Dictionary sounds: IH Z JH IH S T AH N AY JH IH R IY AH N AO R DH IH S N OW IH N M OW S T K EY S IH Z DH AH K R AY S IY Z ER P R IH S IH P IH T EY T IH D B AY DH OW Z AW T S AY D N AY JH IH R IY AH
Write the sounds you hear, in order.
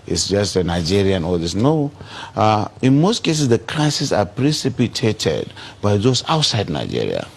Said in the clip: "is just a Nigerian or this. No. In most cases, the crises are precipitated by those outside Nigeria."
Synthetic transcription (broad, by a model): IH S JH IH S T AH N AY JH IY R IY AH N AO L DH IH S N OW IH N M OW S T K EY S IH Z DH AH K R AY S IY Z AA P R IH S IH P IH T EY T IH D B AY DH OW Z AW T S AY D N AY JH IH R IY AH